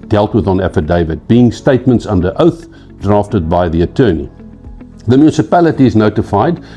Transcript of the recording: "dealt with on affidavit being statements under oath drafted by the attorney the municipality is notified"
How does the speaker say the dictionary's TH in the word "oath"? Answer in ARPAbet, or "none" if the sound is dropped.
TH